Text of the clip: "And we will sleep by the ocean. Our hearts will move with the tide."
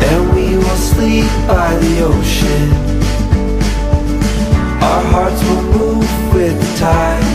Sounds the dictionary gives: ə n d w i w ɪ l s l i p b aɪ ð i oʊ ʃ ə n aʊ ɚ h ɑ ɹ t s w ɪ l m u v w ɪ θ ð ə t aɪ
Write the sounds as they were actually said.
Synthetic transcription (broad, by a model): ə n w i w ɪ l s l i p b aɪ ð i oʊ ʃ ə n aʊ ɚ h ɑ ɹ t s w ɪ l m u v w ɪ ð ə t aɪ